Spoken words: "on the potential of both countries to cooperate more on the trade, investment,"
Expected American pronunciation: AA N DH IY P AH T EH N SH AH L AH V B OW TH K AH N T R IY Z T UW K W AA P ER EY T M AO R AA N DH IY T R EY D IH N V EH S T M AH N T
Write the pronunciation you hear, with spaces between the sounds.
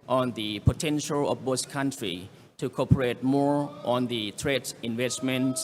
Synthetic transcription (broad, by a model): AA N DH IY P AH T EH N SH AH L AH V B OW S K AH N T R IY T UW K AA P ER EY T M AO R AA N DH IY T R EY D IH N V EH S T M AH N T